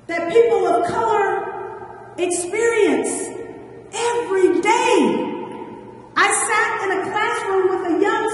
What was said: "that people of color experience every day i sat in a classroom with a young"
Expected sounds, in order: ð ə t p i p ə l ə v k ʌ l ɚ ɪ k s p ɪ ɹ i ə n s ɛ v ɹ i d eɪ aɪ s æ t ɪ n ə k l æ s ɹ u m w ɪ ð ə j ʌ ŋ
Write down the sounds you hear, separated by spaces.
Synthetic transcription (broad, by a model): ð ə t p i p l ə v k ʌ l ɚ ɪ k s p ɪ ɹ i ə n s ɛ v ɹ i d eɪ aɪ s æ t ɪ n ə k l æ s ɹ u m w ɪ ð ə j ʌ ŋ